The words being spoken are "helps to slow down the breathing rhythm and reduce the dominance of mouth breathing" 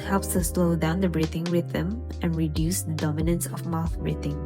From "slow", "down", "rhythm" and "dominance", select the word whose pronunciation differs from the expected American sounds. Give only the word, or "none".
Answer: rhythm